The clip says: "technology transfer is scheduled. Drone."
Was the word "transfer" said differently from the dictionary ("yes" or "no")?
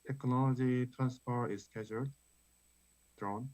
yes